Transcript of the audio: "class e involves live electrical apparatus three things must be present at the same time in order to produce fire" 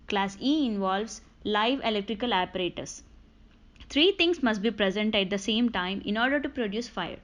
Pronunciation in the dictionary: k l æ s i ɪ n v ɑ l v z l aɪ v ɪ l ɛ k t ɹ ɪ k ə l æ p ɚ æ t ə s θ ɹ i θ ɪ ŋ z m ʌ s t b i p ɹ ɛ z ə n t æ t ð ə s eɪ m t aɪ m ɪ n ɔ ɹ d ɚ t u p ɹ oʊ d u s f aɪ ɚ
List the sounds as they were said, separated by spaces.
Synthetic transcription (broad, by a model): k l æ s i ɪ n v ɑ l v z l aɪ v ɪ l ɛ k t ɹ ɪ k ə l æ p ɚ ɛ t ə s t ɹ i t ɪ ŋ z m ʌ s t b i p ɹ ɛ z ə n t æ t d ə s eɪ m t aɪ m ɪ n ɔ ɹ d ɚ t u p ɹ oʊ d u s f aɪ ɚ